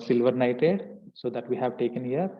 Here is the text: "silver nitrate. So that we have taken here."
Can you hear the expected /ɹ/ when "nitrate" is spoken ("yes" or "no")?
no